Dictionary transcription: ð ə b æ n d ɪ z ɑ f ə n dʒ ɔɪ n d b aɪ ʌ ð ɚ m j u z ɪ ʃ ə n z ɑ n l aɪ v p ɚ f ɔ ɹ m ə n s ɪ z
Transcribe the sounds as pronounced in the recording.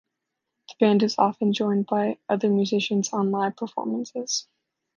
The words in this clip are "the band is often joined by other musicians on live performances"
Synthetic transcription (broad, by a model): ð ə b æ n d ɪ z ɑ f ə n dʒ ɔɪ n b aɪ ʌ ð ɚ m j u z ɪ ʃ ə n z ɑ n l aɪ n p ɚ f ɔ ɹ m ə n s ɪ z